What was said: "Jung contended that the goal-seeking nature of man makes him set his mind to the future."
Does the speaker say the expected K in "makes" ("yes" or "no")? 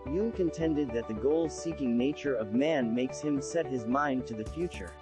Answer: yes